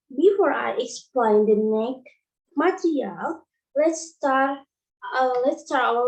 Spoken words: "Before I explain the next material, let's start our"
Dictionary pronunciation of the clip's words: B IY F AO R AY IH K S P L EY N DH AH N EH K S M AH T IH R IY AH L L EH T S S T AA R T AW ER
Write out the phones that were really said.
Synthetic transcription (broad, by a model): B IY F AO R AY IH K S P L EY N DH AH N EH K M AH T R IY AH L L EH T S S T AA R T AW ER